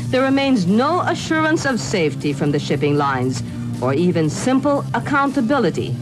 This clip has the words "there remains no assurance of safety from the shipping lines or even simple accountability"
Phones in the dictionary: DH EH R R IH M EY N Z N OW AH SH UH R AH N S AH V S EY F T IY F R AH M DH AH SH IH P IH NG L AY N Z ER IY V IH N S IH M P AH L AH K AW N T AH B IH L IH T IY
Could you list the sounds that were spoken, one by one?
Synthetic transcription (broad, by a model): DH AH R R IH M EY N Z N OW AH SH UH R AH N S AH V S EY F T IY F R AH M DH AH SH IH P IH NG L AY N Z ER IY V IH N S IH M P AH L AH K AW N T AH B IH L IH T IY